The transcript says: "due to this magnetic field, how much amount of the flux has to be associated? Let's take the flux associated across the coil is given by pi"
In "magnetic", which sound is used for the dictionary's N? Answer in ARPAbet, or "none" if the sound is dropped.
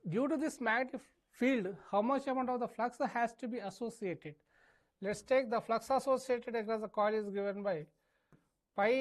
none